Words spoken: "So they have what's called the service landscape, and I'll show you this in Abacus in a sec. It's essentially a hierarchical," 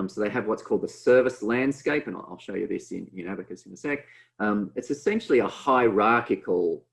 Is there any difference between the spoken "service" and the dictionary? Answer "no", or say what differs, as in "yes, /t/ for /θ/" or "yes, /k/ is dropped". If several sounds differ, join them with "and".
no